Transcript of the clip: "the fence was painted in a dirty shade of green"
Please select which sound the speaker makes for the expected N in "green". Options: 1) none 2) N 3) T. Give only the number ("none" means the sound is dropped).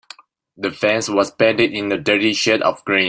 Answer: 1